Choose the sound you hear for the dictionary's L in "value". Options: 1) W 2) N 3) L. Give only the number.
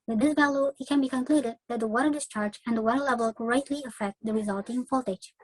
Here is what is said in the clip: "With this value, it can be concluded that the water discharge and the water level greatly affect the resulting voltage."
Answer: 3